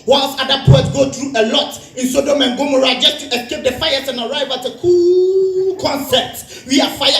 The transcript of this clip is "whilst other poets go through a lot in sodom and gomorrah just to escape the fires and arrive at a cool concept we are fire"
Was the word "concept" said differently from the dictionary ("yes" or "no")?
yes